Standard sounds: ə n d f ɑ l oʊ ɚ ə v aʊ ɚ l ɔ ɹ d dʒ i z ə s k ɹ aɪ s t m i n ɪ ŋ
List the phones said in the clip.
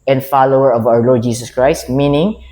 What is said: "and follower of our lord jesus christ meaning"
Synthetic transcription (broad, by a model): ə n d f ɑ l oʊ ɚ ə v aʊ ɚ l ɔ ɹ d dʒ i s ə s k ɹ aɪ s t m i n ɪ ŋ